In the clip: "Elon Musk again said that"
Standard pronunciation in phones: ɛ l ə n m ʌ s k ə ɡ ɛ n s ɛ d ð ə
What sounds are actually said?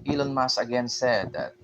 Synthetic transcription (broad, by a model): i l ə n m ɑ s ə ɡ ɛ n s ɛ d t